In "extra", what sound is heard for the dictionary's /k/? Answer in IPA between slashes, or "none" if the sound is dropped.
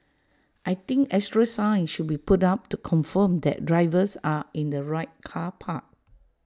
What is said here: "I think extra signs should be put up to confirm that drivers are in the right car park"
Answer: none